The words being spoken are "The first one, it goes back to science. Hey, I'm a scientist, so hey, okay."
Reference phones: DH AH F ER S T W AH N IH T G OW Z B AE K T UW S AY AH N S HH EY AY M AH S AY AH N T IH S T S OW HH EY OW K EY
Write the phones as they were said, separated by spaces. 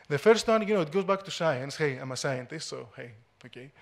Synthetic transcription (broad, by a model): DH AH F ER S T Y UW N IH T G OW Z B AE K T UW S AY AH N S HH EY AY M AH S AY AH N T IH S T S OW HH EY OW K EY